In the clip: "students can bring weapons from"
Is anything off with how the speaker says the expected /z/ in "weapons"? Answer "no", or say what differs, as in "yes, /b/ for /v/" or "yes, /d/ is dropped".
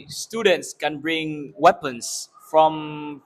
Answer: yes, /s/ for /z/